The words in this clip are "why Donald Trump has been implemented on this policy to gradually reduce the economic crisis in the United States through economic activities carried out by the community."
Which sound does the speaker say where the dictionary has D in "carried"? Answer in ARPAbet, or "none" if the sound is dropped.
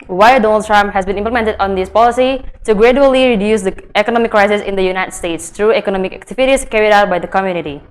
D